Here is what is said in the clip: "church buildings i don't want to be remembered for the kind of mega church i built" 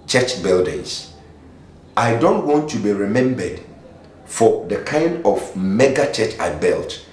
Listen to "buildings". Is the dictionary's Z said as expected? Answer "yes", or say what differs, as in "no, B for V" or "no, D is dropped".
no, S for Z